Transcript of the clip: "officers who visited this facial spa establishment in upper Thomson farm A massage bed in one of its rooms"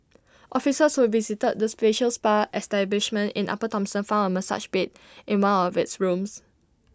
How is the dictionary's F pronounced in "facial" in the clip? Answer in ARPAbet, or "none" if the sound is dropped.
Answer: P